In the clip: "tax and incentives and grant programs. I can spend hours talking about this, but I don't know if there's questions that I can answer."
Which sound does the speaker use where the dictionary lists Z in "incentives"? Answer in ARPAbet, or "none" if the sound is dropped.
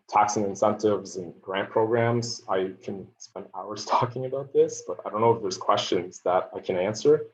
Z